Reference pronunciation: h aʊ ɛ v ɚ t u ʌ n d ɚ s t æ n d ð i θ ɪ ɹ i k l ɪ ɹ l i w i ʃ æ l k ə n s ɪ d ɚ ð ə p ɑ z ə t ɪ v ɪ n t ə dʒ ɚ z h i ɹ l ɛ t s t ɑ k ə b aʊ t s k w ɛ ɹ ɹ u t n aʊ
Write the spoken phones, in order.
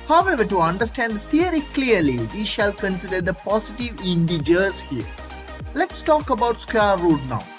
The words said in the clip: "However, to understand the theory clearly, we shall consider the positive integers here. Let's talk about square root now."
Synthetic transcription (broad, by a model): h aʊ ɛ v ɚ t u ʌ n d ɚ s t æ n d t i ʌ ɹ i k l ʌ ɹ l i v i ʃ æ l k ə n s ɪ d ɚ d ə p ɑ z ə t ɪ v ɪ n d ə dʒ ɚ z h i ɹ l ɛ t s t ɑ k ə b aʊ t s k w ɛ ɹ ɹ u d n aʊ